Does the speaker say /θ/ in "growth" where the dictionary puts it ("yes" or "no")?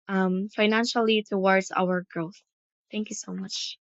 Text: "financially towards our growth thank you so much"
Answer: yes